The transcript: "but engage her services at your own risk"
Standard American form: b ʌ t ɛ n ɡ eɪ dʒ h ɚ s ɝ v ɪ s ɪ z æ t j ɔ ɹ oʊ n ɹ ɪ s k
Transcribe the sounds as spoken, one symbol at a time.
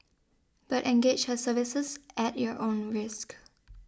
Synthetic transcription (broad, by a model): b ʌ t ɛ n ɡ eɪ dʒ h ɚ s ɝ v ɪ s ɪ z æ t j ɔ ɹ oʊ n ɹ ɪ s k